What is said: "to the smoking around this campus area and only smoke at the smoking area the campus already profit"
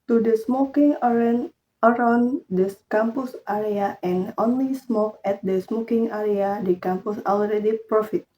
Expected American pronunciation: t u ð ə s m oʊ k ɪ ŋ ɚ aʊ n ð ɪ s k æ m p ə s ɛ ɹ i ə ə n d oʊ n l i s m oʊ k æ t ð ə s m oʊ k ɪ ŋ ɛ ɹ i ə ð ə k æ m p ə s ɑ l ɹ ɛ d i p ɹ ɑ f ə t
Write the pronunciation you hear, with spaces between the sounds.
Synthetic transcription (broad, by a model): t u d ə s m oʊ k ɪ ŋ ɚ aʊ n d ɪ s k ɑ m p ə s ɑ ɹ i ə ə n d oʊ n l i s m oʊ k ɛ t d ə s m oʊ k ɪ ŋ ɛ ɹ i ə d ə k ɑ m p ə s ɑ l ɹ ɛ d i p ɹ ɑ f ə t